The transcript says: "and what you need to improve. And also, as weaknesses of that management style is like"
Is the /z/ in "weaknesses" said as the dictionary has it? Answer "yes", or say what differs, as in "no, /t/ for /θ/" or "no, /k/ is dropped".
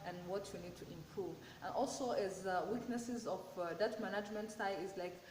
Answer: yes